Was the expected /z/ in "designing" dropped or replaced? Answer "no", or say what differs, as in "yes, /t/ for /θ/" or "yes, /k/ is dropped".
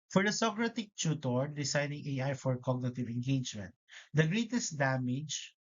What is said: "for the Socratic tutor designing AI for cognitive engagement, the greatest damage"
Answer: yes, /s/ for /z/